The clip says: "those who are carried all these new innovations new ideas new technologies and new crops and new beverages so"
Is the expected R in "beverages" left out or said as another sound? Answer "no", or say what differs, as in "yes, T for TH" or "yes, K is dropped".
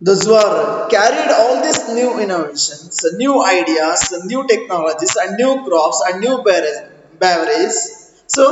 yes, R is dropped